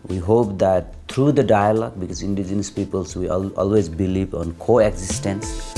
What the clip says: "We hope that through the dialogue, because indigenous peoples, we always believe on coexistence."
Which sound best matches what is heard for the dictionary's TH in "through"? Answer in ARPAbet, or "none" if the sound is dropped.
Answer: T